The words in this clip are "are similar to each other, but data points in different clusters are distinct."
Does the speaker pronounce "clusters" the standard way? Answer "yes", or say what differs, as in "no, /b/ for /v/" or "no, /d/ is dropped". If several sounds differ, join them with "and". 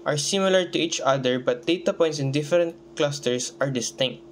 no, /s/ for /z/